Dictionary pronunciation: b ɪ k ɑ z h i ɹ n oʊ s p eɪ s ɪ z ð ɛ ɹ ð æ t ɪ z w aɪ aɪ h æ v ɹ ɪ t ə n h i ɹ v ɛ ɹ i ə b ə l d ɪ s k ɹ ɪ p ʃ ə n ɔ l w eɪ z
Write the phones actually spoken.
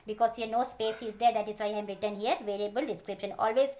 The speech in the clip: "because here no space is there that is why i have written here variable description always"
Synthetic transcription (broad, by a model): b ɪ k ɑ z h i ɹ n oʊ s p eɪ s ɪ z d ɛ ɹ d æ t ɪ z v aɪ aɪ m ɹ ɪ t ə n h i ɹ v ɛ l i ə b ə l d ɪ s k ɹ ɪ p ʃ ə n ɔ l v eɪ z